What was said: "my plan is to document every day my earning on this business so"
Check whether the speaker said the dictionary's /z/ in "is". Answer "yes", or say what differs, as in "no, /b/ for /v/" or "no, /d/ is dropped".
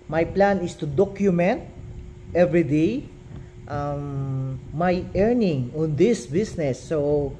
no, /s/ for /z/